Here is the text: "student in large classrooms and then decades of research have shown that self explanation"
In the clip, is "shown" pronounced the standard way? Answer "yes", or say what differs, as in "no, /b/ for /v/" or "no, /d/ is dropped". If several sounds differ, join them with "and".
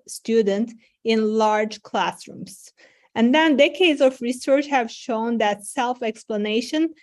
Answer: yes